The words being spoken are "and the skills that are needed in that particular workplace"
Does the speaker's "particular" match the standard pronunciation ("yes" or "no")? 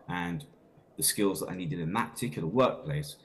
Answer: no